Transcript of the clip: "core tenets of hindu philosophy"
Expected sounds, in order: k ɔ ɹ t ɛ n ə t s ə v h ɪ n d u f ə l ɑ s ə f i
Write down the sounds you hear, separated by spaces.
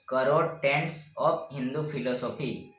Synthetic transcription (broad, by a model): k ɔ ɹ t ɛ n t s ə p h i n d u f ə l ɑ s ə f i